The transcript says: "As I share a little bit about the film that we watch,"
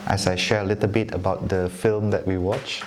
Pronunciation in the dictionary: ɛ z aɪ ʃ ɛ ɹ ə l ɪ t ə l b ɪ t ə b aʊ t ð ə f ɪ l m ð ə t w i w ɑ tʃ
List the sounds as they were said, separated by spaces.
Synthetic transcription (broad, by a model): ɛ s aɪ ʃ ɛ ɹ ə l ɪ t ə l b ɪ t ə b aʊ t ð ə f ɪ l m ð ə t w i w ɑ tʃ